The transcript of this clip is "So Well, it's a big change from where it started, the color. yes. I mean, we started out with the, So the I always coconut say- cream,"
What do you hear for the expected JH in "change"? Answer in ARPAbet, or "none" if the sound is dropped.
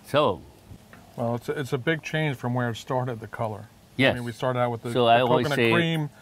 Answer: ZH